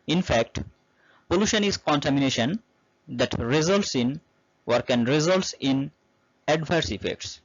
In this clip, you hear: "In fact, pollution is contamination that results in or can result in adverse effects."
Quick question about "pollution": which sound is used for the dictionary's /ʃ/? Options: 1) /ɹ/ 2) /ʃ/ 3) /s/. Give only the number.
2